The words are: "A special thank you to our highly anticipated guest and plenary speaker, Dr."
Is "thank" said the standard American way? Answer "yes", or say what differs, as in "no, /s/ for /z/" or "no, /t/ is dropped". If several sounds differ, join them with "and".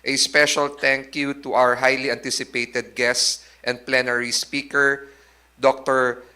no, /t/ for /θ/